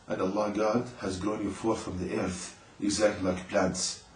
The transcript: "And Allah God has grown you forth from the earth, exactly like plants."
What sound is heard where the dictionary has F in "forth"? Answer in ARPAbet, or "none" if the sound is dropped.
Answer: F